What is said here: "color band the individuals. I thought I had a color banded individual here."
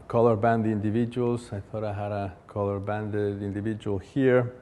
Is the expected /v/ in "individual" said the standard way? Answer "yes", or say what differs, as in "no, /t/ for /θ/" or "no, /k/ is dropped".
yes